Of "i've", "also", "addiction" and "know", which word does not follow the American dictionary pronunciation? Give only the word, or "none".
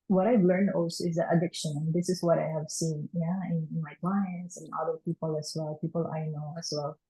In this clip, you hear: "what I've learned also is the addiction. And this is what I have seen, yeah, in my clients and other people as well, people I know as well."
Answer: none